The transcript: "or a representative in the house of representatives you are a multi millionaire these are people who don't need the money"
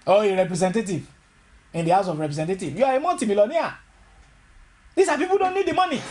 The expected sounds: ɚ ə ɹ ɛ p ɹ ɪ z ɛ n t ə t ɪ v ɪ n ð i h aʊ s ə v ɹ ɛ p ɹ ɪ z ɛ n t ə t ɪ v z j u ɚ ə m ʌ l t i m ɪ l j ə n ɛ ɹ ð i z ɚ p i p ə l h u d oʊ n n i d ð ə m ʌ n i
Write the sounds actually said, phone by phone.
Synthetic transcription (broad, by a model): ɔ ə ɹ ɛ p ɹ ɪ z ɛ n t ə t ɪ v ɪ n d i h aʊ s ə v ɹ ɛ p ɹ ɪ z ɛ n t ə t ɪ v j u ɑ ə m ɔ n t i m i l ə n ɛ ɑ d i s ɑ p i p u d oʊ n n i d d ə m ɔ n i